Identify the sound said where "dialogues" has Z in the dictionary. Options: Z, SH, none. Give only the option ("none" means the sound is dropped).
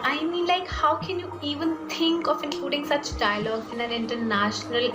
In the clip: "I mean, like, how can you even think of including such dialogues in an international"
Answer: none